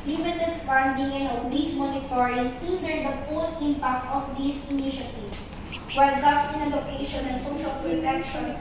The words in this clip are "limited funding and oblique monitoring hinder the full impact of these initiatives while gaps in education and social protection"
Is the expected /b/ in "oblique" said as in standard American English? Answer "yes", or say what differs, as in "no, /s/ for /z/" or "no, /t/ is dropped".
no, /b/ is dropped